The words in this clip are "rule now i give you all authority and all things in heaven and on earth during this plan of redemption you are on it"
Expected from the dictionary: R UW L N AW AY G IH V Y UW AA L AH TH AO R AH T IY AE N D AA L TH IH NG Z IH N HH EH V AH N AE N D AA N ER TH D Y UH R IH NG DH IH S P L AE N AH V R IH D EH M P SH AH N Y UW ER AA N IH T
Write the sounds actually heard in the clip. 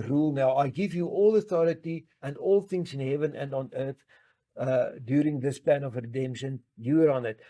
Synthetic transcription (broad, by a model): R UW L N AW AY G IH V Y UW AA L AH TH AO R AH T IY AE N D AA L TH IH NG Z IH N HH EH V AH N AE N D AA N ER TH D Y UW R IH NG DH IH S P L AE N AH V R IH D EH M P SH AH N Y UW ER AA N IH T